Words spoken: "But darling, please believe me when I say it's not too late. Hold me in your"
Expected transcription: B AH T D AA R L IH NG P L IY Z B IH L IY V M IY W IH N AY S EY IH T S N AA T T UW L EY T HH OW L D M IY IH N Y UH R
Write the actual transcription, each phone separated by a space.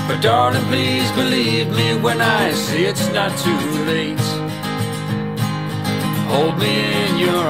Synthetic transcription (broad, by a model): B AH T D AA R N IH P L IY Z B IH L IY V M IY W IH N AY S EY IH T S N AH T T UW L EY T HH OW L D M IY IH N Y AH R